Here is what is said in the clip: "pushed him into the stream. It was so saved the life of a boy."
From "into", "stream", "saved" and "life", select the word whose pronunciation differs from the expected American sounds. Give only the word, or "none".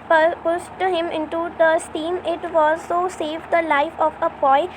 stream